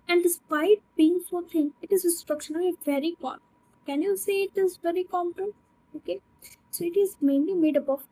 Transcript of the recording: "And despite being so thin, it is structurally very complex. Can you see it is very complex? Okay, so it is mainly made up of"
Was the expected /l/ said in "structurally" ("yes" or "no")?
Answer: no